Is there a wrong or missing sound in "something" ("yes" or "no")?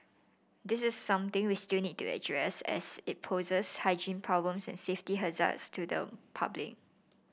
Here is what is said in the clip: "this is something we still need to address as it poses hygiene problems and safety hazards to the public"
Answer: yes